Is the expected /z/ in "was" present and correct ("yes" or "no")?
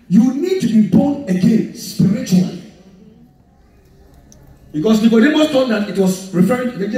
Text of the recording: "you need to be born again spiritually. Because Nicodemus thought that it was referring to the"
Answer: no